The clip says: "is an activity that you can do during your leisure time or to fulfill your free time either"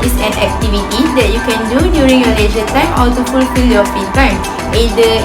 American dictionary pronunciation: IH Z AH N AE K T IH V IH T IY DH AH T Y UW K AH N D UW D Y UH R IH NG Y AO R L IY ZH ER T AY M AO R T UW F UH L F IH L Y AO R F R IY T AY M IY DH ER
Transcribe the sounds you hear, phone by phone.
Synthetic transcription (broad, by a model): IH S AH N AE K T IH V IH T IY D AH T Y UW K AH N D UW D Y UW R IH NG Y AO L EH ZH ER T AY M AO L T UW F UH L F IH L Y AO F IY T AY M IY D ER